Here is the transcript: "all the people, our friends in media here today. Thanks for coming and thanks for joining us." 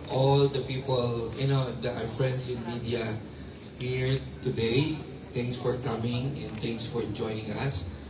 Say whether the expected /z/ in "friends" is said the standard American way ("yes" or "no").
no